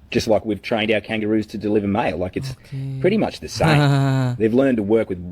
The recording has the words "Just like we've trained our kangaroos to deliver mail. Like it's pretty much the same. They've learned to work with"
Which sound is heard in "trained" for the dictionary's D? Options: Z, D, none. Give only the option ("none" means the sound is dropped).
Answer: D